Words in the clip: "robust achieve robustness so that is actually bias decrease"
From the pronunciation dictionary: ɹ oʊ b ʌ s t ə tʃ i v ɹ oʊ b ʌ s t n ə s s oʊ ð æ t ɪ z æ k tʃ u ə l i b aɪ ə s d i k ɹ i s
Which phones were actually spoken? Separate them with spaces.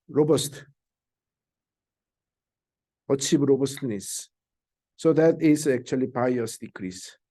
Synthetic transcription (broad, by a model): ɹ oʊ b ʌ s t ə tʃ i b ɹ oʊ b ʌ s t n ə s s oʊ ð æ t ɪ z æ k tʃ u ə l i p aɪ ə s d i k ɹ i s